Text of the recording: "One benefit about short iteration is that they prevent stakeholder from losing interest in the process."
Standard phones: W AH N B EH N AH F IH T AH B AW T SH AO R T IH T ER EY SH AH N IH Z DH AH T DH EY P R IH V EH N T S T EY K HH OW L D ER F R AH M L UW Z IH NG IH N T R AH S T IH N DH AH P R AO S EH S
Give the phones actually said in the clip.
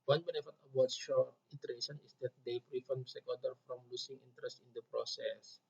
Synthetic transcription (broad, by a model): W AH N B EH N AH F IH T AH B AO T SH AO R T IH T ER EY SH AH N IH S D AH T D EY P R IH F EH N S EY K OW D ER F R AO M L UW S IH NG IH N T R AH S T IH N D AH P R AO S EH S